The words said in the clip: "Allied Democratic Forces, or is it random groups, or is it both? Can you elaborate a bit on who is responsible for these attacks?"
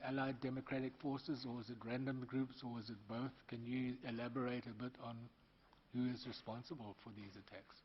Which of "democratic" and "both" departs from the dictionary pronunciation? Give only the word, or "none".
none